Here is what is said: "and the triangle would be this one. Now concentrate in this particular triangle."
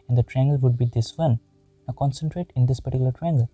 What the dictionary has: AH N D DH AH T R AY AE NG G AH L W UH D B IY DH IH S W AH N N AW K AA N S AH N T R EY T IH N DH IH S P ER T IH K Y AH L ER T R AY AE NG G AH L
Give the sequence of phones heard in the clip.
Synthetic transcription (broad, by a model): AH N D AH T R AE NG G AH L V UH D B IY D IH S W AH N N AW K AA N S AH N T R EY T IH N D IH S P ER T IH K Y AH L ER T R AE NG G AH L